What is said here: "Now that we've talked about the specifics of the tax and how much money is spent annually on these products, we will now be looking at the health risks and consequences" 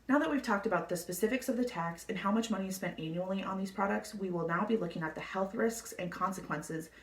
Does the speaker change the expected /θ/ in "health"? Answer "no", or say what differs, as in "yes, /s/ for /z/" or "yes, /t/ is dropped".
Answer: no